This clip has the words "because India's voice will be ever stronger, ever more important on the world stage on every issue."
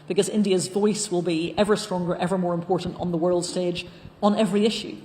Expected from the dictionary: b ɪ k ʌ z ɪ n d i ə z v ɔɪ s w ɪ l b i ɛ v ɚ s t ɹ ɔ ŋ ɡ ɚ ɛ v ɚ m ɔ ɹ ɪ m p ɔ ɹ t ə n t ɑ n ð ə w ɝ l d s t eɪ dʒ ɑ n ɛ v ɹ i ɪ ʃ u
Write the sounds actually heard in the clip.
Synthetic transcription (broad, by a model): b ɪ k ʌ z ɪ n d i ə z v ɔɪ s w ɪ l b i ɛ v ɚ s t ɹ ɔ ŋ ɡ ɚ ɛ v ɚ m ɔ ɹ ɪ m p ɔ ɹ t n t n ð ə w ɝ l d s t eɪ dʒ n ɛ v ɹ i ɪ ʃ u